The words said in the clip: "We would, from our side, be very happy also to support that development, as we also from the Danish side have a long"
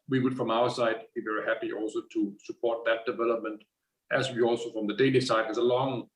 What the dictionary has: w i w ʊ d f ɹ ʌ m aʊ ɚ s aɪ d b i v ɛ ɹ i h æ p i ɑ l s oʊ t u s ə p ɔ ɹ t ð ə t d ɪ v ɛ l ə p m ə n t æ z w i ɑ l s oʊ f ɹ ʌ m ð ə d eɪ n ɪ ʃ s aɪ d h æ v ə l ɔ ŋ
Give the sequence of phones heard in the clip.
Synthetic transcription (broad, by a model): w i w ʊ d f ɹ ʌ m aʊ ɚ s aɪ d b i v ɛ ɹ i h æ p i ɑ l s oʊ t u s ə p ɔ ɹ t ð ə t d ɪ v ɛ l ə p m ə n t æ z w i ɑ l s oʊ f ɹ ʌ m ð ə d eɪ l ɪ s aɪ d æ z ə l ɔ ŋ